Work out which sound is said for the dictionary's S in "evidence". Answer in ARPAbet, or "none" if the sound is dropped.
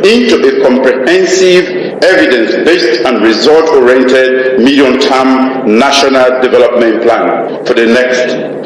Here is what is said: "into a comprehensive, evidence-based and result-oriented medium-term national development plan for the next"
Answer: S